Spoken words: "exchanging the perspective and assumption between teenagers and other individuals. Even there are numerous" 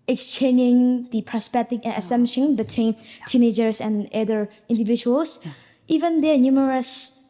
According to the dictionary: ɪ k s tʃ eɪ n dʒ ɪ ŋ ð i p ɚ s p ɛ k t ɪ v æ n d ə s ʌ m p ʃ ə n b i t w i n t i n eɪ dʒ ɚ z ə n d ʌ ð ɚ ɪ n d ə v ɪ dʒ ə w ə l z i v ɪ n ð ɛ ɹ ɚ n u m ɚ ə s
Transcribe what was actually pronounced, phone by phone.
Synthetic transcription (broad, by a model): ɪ k s tʃ eɪ n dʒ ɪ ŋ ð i p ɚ s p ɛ t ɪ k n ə s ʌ m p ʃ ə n b i t w i n t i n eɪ dʒ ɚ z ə n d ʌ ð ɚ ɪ n d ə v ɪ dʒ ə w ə l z i v ɪ n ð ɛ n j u m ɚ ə s